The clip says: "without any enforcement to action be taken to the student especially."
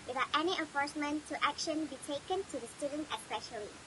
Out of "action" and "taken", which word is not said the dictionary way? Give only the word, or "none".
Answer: none